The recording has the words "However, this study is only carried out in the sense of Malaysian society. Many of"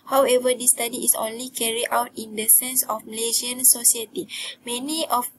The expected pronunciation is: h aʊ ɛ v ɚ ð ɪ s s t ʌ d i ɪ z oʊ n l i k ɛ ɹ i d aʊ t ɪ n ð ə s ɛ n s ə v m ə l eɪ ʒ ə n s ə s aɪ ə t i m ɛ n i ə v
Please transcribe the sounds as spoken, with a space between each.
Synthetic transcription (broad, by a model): h aʊ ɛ v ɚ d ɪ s s t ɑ d i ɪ s oʊ n l i k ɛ ɹ i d aʊ t ɪ n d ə s ɛ n s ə f m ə l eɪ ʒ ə n s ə s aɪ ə t i m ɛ n i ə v